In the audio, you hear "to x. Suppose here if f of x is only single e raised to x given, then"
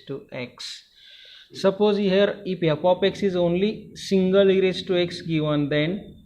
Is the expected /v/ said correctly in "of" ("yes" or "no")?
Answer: no